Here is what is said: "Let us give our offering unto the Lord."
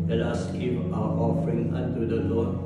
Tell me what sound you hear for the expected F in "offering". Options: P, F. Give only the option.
F